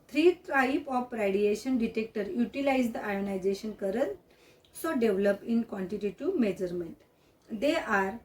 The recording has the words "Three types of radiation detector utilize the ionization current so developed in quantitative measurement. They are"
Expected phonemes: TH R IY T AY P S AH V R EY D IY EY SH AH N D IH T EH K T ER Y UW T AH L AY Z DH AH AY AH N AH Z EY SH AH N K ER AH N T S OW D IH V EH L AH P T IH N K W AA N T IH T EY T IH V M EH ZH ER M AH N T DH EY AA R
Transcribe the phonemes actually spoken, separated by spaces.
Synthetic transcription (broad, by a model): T R IY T AY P AH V R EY D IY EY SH AH N D IH T EH K T ER Y UW T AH L AY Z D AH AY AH N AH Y EY SH AH N K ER AH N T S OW D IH V L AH P IH N K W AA N T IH T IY T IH M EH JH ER M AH N T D EY AA R